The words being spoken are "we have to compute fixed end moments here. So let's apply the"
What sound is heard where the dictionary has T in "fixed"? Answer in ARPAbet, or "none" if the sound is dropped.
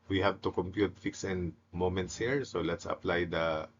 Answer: none